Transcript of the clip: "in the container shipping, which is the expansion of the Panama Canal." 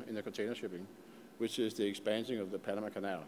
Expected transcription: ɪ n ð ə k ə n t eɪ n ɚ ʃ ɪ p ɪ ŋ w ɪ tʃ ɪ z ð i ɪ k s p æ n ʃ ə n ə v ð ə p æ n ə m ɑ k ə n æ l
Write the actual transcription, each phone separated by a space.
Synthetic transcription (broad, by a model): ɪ n ð ə k ə n t eɪ n ɚ ʃ ɪ p ɪ ŋ w ɪ tʃ ɪ z ð i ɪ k s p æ n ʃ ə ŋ ə v ð ə p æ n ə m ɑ k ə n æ l